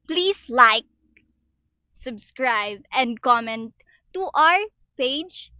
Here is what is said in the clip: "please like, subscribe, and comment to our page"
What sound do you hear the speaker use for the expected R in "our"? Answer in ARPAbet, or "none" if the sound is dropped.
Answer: R